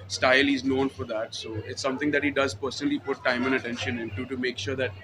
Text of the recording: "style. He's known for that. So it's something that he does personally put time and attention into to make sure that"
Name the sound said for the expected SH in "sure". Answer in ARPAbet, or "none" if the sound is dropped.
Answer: SH